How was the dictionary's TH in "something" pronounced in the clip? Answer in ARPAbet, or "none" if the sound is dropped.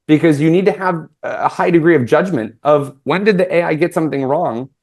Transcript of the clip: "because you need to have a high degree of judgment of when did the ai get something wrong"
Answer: TH